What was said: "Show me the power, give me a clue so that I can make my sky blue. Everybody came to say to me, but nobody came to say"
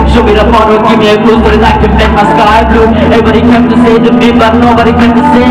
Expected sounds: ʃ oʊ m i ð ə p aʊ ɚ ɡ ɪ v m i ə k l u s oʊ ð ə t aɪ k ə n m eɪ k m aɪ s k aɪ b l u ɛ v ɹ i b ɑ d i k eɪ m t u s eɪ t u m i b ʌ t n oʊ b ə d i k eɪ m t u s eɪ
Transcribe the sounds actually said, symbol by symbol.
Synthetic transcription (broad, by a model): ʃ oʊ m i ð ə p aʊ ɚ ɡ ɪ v m i ə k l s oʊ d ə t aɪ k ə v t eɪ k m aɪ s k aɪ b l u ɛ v i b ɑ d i k eɪ m t u s eɪ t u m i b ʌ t n oʊ b ə d i k eɪ m t u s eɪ